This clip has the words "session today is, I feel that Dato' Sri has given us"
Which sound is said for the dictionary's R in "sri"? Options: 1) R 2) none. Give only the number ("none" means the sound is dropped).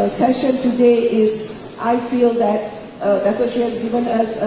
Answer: 2